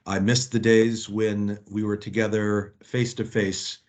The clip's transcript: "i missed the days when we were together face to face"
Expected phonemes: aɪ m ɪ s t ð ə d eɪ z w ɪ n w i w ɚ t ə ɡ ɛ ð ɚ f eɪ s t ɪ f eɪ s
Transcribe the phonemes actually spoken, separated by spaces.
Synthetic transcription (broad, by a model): aɪ m ɪ s ð ə d eɪ z w ɪ n w i w ɚ t ə ɡ ɛ ð ɚ f eɪ s t ɪ f eɪ s